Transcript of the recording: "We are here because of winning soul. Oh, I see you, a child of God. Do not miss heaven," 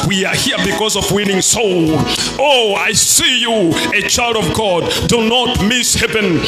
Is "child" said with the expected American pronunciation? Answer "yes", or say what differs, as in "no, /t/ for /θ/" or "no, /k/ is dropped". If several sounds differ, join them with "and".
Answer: yes